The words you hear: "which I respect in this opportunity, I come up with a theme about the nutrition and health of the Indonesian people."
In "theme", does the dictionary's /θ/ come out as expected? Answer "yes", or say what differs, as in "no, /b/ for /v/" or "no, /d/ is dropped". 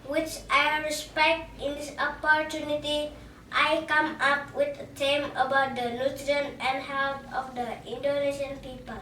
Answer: no, /t/ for /θ/